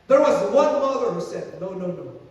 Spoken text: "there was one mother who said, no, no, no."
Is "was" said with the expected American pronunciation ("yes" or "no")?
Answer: yes